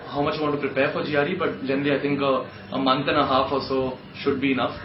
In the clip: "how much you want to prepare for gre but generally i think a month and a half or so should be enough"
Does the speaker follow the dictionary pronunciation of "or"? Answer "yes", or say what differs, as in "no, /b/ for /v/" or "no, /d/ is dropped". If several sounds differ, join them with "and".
no, /l/ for /ɹ/